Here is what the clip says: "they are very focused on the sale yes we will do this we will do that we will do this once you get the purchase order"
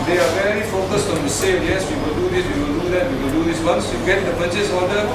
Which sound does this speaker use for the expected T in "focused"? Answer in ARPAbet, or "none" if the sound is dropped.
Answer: T